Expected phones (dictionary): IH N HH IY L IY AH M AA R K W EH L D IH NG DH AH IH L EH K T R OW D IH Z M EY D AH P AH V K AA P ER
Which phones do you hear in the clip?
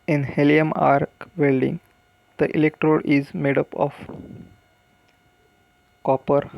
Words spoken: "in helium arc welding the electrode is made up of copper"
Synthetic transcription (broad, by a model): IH N HH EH L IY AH M AA R K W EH L D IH NG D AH IH L EH K T R OW D IH Z M EY D AH P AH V K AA P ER